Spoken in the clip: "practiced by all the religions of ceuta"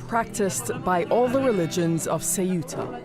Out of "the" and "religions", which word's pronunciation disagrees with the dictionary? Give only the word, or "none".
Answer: none